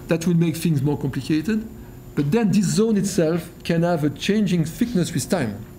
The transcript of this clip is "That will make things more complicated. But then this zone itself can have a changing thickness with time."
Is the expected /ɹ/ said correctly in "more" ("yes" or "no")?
yes